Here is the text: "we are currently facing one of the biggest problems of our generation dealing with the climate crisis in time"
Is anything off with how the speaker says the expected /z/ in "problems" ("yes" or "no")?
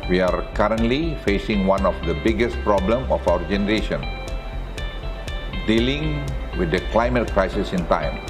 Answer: yes